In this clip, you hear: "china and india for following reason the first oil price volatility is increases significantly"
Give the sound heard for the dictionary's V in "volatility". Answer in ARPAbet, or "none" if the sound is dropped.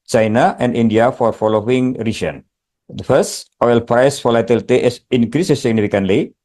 F